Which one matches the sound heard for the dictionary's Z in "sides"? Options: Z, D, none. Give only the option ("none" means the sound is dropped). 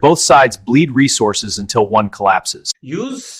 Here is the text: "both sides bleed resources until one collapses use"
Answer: Z